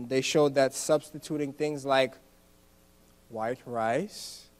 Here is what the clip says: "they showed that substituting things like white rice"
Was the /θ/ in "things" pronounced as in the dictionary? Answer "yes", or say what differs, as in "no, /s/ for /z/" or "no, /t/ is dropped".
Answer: yes